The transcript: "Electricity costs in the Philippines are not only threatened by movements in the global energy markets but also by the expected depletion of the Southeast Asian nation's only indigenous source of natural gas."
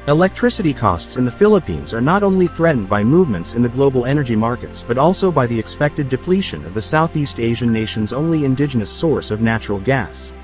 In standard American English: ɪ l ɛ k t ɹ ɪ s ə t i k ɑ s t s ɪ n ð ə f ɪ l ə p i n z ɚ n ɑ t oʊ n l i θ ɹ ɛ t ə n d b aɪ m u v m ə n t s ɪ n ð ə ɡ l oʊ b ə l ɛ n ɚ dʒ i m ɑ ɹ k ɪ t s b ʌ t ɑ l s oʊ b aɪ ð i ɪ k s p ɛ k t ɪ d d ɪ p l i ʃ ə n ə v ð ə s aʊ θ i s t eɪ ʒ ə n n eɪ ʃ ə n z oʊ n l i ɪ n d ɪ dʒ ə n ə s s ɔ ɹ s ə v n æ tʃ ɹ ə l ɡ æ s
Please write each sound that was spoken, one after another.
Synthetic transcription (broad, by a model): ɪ l ɛ k t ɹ ɪ s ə t i k ɑ s t s ɪ n ð ə f ɪ l ə p i n z ɚ n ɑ t oʊ n l i θ ɹ ɛ t n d b aɪ m u v m ə n t s ɪ n ð ə ɡ l oʊ b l ɛ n ɚ dʒ i m ɑ ɹ k ɪ t s b ʌ t ɑ l s oʊ b aɪ ð i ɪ k s p ɛ k t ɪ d d ɪ p l i ʃ ə n ə v ð ə s aʊ θ i s t eɪ ʒ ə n n eɪ ʃ ə n z oʊ n l i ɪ n d ɪ dʒ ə n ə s s ɔ ɹ s ə v n æ tʃ ɹ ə l ɡ æ s